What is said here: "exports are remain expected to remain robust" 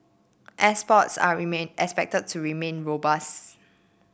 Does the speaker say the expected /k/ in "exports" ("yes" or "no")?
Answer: no